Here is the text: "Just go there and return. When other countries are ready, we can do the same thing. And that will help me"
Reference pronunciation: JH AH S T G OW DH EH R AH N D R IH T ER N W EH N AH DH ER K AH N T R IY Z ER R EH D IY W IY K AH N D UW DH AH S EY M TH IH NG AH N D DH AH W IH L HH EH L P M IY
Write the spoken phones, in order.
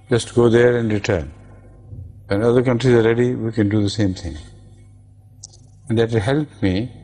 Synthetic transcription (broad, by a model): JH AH S T G OW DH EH R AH N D R IH T ER N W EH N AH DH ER K AH N T R IY Z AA R EH D IY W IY K AH N D UW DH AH S EY M T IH NG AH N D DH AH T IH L HH EH L P M IY